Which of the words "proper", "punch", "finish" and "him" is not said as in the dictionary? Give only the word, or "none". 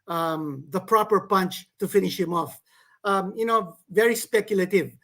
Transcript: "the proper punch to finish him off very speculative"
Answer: none